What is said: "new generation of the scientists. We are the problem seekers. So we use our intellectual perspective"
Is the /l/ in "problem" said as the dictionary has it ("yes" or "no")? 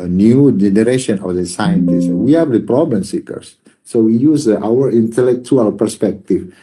yes